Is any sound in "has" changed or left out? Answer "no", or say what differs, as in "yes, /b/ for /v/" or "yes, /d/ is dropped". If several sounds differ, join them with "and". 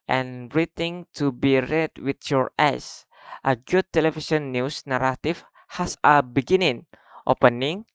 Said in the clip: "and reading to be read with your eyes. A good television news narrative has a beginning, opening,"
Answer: yes, /s/ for /z/